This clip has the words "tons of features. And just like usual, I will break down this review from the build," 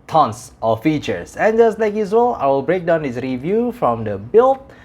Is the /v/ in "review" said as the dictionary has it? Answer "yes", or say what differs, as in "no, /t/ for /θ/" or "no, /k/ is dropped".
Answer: yes